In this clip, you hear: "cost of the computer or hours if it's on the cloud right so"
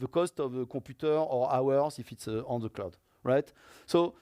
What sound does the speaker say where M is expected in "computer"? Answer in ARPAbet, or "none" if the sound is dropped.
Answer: none